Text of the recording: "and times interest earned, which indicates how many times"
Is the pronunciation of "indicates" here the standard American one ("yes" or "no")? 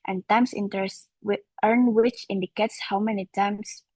yes